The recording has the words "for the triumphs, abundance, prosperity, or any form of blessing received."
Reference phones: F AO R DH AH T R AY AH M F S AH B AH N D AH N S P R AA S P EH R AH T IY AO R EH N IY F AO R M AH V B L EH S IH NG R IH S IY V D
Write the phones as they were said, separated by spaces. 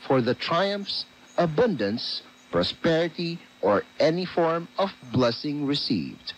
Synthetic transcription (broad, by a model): F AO R DH AH T R AY AH M F S AH B AH N D AH N S P R AA S P EH R AH T IY AO R EH N IY F AO R M AH V B L EH S IH NG R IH S IY V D